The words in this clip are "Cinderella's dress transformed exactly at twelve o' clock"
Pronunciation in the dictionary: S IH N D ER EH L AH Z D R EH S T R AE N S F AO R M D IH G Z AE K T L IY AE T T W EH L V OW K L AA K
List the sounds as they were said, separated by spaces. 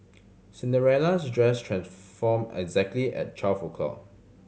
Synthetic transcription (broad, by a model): S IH N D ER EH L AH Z D R EH S T R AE N S F AO M IH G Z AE K T L IY T T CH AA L F OW K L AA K